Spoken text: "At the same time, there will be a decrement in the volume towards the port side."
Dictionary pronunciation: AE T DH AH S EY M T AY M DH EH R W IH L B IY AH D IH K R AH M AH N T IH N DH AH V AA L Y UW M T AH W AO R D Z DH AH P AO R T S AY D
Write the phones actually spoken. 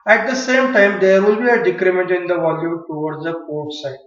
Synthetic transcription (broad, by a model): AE T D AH S EY M T AY M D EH R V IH L B IY AH D IH K R AH M AH N T IH N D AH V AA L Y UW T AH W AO R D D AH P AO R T S AY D